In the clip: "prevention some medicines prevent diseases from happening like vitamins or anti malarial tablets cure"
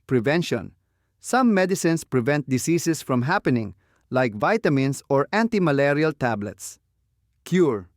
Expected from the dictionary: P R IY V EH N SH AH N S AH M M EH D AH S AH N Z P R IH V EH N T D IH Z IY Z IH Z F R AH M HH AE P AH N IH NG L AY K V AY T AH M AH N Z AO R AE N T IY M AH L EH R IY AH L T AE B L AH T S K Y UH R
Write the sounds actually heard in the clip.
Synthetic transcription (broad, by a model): P R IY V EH N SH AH N S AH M M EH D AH S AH N S P R IH V EH N T D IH S IY S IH S F R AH M HH AE P AH N IH NG L AY K V AY T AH M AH N S AO R AE N T IY M AH L EH R IY AH L T AE B L AH T S K Y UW R